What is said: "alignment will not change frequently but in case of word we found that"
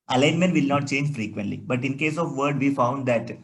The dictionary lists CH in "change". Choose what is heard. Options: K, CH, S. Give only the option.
CH